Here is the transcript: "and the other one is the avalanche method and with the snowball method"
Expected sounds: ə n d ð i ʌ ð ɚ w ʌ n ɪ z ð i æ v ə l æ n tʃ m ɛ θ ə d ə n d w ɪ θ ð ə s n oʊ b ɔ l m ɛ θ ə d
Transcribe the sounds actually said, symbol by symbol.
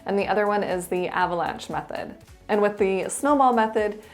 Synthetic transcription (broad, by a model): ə n ð i ʌ ð ɚ w ʌ n ɪ z ð i æ v ə l æ n tʃ m ɛ θ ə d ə n w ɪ ð ə s n oʊ b ɔ l m ɛ θ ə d